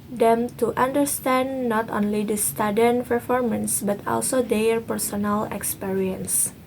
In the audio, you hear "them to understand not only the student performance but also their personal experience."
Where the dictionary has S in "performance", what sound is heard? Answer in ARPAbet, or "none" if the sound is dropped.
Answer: S